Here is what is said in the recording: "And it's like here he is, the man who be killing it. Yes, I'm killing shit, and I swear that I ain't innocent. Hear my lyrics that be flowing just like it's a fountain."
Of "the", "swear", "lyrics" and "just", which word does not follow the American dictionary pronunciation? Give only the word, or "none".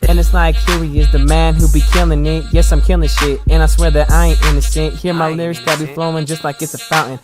lyrics